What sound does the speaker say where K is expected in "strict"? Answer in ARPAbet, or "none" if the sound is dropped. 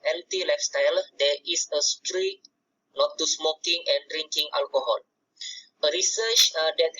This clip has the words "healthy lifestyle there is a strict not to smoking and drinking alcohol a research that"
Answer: none